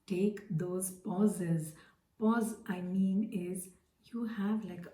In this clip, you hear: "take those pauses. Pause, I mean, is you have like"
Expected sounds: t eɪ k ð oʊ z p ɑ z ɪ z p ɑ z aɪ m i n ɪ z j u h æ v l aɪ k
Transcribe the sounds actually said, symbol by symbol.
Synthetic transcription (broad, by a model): t eɪ k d oʊ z p ɑ z ɪ z p ɑ z aɪ m i n ɪ z j u h æ v l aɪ k